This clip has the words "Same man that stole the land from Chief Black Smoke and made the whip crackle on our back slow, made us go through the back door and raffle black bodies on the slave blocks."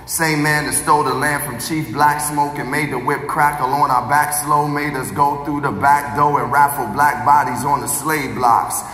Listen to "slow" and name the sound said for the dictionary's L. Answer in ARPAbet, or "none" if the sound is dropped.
L